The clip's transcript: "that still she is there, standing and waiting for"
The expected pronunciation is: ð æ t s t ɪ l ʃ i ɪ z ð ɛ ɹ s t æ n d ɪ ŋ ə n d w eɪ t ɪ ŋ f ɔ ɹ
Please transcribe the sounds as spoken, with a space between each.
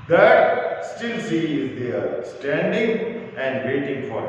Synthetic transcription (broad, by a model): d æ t s t ɪ l s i ɪ z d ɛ ɹ s t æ n d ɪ ŋ ə n d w eɪ t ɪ ŋ f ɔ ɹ